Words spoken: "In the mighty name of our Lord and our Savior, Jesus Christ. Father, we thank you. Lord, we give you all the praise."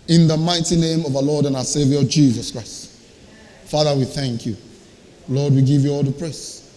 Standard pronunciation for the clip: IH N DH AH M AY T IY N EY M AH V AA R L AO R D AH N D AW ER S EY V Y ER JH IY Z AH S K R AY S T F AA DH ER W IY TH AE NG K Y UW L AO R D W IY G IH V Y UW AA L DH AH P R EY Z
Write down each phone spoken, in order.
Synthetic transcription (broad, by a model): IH N DH AH M AY T IY N EY M AH V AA L AO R D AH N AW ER S EY V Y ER JH IY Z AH S K R AY S T F AA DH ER W IY TH AE NG K Y UW L AO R D W IY G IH V Y UW AA L DH AH P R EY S